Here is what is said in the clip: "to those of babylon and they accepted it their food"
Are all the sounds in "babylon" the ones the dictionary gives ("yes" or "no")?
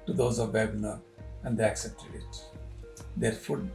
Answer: no